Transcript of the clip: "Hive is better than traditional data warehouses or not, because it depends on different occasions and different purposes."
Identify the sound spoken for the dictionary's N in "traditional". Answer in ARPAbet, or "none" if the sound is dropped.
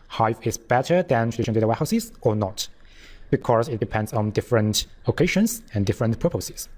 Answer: none